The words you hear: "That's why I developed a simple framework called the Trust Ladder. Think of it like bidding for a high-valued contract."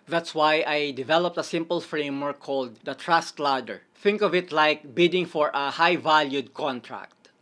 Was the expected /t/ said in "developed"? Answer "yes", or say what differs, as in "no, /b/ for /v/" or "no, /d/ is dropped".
yes